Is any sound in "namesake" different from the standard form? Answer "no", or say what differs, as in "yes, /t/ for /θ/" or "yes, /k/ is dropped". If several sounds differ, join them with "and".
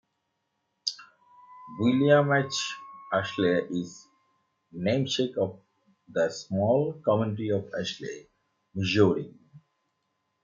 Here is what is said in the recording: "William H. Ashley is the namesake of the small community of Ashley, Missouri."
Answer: yes, /ʃ/ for /s/